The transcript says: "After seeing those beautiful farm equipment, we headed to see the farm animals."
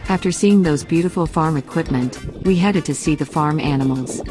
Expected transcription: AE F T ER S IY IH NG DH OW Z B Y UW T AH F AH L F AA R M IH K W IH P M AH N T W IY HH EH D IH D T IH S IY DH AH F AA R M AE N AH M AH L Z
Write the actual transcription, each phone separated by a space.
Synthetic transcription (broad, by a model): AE F T ER S IY IH NG DH OW Z B Y UW T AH F L F AA R M IH K W IH P M AH N T W IY HH EH D IH D T IH S IY DH AH F AA R M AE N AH M L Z